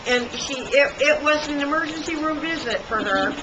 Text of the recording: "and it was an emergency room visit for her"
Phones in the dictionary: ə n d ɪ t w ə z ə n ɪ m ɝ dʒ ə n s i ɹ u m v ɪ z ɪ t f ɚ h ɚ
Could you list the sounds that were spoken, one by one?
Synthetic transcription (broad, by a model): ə n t ɪ t w ə z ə n ɪ m ɝ dʒ ə n s i ɹ u m v ɪ z ɪ t f ɚ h ɚ